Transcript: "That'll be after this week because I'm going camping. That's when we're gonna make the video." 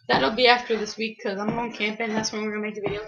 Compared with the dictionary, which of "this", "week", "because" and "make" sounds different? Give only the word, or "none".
because